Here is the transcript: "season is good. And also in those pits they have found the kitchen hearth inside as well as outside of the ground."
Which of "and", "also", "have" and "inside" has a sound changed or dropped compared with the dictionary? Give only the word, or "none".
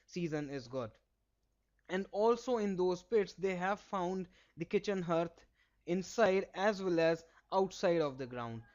none